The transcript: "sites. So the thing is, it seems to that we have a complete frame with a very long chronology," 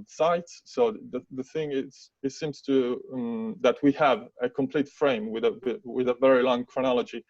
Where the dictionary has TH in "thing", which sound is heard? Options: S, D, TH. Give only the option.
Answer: TH